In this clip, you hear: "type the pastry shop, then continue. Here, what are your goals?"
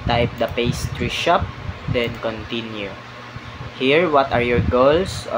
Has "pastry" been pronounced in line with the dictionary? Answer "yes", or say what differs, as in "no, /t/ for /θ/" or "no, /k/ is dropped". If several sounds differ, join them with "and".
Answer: yes